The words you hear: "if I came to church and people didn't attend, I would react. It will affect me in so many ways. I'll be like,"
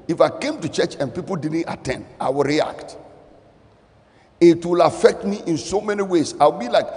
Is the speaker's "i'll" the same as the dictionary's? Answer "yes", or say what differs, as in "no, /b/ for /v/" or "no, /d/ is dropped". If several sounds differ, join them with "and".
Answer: no, /w/ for /l/